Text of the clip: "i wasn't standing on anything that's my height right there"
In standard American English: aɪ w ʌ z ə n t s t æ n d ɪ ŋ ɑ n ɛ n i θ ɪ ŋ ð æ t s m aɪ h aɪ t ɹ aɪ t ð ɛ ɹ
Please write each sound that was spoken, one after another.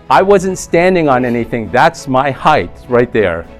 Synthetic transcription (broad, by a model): aɪ w ʌ z ə n t s t æ n d ɪ ŋ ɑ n ɛ n i θ ɪ ŋ ð æ t s m aɪ h aɪ t ɹ aɪ t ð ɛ ɹ